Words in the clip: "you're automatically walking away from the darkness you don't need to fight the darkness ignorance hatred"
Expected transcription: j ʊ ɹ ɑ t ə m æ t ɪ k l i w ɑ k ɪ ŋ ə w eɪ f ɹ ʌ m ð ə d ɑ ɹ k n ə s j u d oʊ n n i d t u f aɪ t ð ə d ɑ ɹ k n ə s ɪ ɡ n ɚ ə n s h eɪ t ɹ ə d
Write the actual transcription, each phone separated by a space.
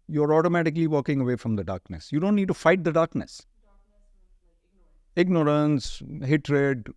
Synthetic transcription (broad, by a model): j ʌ ɹ ɑ t ə m æ t ɪ k l i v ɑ k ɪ ŋ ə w eɪ f ɹ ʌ m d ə d ɑ ɹ k n ə s j u d oʊ n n i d t u f aɪ t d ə d ɑ ɹ k n ə s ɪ ɡ n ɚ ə n s h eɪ t ɹ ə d